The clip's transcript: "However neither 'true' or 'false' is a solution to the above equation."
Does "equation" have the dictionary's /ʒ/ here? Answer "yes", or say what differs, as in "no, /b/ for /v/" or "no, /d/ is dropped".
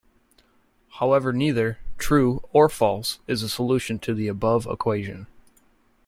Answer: yes